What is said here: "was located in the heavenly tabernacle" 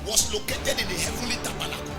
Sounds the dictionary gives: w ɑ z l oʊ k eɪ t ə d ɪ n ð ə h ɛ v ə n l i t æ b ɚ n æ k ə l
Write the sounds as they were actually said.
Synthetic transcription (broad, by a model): w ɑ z l oʊ k eɪ t ə d ɪ n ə h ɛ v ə l i t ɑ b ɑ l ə